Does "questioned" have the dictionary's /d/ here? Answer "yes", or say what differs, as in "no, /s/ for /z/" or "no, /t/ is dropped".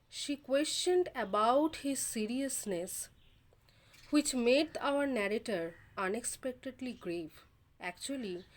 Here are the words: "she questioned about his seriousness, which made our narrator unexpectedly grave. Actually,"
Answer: yes